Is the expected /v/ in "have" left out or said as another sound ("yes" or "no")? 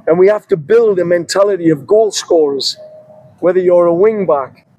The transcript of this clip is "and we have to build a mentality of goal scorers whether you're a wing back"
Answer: yes